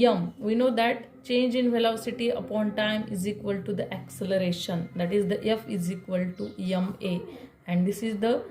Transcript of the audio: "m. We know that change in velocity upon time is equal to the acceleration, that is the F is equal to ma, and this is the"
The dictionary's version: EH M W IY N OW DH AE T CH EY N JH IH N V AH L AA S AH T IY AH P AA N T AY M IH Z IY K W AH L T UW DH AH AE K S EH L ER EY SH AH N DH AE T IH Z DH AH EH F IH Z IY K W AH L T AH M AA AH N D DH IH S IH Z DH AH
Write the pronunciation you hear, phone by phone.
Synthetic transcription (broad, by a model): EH M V IY N OW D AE T CH EY N JH IH N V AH L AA S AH T IY AH P AA N T AY M IH Z IY K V AH L T UW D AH AE K S EH L ER EY SH AH N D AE T IH Z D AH EH F IH Z IY K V AH L T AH M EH AH N D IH S IH Z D AH